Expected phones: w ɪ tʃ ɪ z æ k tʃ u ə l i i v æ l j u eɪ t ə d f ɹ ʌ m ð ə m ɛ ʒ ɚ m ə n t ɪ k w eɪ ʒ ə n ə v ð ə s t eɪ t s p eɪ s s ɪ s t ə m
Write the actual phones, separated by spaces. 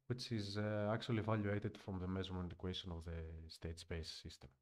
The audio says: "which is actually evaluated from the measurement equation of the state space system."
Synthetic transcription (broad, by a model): w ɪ tʃ ɪ z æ k tʃ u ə l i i v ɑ l j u eɪ t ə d f ɹ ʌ m ð ə m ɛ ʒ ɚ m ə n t k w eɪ ʃ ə n ə v ð ə s t eɪ t s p eɪ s s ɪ s t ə m